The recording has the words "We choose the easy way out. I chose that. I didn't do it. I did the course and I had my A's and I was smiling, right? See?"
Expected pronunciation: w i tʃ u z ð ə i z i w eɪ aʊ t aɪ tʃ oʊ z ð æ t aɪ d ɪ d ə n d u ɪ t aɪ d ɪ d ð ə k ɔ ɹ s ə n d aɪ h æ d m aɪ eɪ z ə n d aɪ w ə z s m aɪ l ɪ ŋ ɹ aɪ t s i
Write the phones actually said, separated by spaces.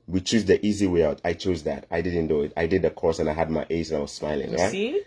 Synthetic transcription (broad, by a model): w i tʃ u z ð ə i z i w eɪ aʊ t aɪ tʃ oʊ z ð æ t aɪ d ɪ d n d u ɪ t aɪ d ɪ d ð ə k ɔ ɹ s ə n aɪ h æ d m aɪ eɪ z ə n aɪ w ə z s m aɪ l ɪ ŋ ɹ aɪ t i